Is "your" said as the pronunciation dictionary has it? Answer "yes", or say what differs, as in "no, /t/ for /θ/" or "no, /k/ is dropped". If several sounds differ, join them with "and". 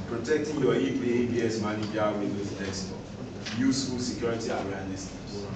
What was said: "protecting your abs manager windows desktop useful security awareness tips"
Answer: no, /l/ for /ɹ/